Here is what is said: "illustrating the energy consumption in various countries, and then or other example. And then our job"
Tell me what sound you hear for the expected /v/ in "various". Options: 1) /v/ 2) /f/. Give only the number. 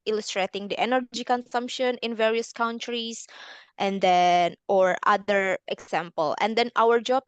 1